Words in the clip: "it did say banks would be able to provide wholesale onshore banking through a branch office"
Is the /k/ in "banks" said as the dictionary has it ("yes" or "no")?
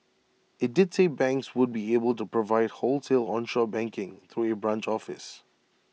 yes